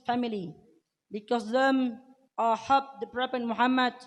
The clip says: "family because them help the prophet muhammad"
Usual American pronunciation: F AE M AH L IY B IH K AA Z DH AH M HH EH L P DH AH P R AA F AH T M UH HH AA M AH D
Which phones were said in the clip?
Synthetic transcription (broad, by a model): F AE M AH L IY B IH K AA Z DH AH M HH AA P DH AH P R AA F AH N M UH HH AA M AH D